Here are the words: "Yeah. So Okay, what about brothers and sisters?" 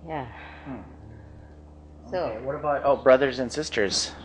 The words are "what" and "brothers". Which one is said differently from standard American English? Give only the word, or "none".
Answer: none